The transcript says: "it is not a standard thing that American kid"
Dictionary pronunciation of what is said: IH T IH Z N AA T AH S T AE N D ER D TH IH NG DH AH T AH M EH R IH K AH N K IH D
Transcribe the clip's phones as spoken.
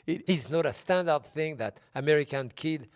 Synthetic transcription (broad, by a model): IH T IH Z N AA T AH S T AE N D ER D TH IH NG DH AH T AH M EH R IH K AH N K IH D